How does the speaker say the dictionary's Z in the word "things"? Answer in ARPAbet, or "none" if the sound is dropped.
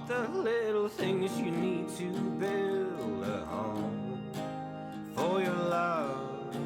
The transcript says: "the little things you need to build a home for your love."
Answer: Z